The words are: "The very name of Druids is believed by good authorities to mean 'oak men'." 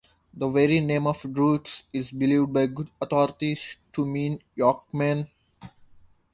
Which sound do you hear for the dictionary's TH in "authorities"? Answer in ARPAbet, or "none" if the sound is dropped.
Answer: T